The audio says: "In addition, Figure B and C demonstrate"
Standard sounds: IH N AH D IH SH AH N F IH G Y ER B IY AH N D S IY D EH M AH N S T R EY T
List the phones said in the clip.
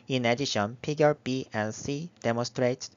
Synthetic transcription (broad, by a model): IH N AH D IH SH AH N P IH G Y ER B IY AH N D S IY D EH M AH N S T R EY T